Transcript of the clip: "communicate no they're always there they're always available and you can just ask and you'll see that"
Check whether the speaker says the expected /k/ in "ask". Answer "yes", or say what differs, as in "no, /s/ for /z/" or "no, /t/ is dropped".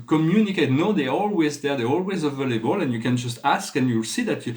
yes